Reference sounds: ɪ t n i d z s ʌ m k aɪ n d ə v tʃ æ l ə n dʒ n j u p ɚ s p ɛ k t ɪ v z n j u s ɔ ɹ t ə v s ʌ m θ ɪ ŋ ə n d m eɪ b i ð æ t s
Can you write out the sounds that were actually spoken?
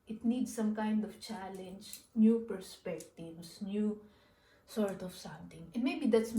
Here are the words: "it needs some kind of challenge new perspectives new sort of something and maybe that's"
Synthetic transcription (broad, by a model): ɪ t n i d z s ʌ m k aɪ n d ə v tʃ æ l ə n dʒ n j u p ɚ s p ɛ k t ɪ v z n j u s ɔ ɹ t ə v s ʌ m t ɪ ŋ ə n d m eɪ b i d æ t s